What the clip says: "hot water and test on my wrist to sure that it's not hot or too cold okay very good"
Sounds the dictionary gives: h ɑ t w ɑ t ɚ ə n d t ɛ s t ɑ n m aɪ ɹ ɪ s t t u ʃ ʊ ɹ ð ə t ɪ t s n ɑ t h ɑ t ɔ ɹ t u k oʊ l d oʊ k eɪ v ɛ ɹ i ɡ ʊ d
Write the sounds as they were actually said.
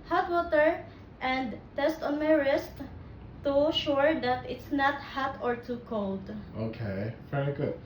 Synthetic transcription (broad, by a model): h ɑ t w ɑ t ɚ ə n d t ɛ s t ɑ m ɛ ɹ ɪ s t t u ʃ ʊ ɹ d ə t ɪ t s n ɑ t h ɑ t ɔ ɹ t u k oʊ l d oʊ k eɪ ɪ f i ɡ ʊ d